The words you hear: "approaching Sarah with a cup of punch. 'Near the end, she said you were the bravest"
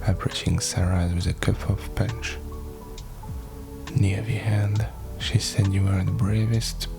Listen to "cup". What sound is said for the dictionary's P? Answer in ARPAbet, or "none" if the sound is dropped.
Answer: F